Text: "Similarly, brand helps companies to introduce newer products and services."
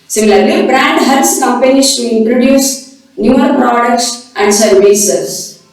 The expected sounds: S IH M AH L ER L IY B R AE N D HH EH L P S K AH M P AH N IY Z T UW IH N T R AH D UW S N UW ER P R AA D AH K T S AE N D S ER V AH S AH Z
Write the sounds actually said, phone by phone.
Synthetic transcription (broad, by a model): S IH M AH L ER L IY B R AE N D HH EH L S K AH M P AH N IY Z T UW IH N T R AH D UW S N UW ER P R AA D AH K T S AE N D S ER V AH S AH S